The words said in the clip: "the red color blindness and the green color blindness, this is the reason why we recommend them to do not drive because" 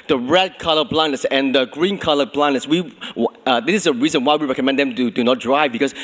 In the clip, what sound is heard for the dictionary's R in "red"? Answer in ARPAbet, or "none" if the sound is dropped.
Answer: R